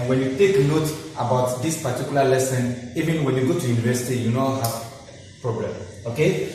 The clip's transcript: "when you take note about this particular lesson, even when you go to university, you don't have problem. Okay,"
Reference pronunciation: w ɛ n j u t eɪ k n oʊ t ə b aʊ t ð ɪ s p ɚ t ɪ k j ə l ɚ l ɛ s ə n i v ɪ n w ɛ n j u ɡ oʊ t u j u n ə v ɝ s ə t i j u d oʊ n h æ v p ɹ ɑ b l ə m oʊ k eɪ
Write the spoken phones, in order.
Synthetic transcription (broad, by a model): w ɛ n j u t eɪ k n oʊ t ə b aʊ t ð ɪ s p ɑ t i k j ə l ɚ l ɛ s ə n i v ɪ n w ɛ n j u ɡ oʊ t u j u n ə v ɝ s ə t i j u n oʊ l h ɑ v p ɹ ɑ b l ə m oʊ k eɪ